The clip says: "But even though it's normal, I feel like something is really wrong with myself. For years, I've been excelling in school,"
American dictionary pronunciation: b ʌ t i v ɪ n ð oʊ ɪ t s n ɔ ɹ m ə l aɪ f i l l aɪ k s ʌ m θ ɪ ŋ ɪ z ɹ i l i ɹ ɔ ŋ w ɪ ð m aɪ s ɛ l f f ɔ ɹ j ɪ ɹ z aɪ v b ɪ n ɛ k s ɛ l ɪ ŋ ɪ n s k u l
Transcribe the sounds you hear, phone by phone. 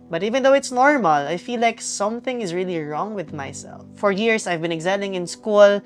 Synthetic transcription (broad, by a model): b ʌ t i v ɪ n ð oʊ ɪ t s n ɔ ɹ m ə l aɪ f i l l aɪ k s ʌ m θ ɪ ŋ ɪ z ɹ i l i ɹ ɔ ŋ w ɪ ð m aɪ s ɛ l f f ɔ ɹ j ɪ ɹ s aɪ v b ɪ n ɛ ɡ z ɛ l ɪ ŋ ɪ n s k u l